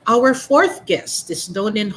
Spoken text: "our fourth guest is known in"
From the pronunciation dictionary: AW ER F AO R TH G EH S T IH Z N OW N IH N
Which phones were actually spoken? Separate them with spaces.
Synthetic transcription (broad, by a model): AW ER F AO R TH G EH S T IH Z N OW N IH N